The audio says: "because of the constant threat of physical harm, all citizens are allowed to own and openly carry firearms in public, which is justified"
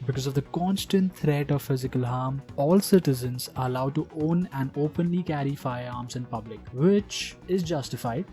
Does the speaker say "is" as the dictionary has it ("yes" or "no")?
yes